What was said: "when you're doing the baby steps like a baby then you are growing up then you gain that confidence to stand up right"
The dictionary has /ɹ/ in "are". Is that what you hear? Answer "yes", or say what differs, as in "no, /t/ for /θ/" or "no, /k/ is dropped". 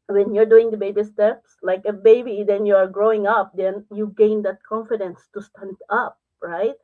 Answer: yes